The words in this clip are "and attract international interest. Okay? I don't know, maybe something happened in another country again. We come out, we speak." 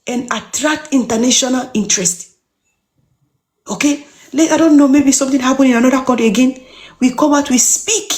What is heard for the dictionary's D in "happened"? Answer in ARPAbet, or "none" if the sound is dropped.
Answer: none